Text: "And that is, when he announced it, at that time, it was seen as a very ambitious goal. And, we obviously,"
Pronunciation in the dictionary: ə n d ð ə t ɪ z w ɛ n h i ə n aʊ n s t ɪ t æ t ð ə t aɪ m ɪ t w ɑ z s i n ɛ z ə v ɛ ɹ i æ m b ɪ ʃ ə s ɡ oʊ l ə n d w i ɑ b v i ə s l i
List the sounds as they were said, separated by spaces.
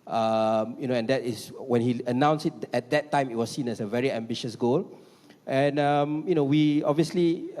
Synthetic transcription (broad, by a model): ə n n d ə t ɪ s w ɛ n h i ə n aʊ n s ɪ t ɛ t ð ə t aɪ m ɪ t w ɑ s i n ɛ s ə v ɛ ɹ i æ m b ɪ ʃ ə s ɡ oʊ l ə n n w i ɑ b v i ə s l i